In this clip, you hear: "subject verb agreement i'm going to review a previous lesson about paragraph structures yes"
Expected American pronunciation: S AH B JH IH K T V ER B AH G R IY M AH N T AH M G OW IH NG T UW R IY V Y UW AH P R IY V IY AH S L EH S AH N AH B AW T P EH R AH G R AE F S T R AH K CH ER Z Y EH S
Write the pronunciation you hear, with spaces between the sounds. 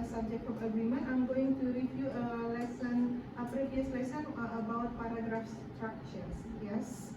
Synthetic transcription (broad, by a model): S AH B JH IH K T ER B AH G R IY M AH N AH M G OW IH NG T UW R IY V Y UW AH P R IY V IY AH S L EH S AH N AH B AW T P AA R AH G R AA F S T R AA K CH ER S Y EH S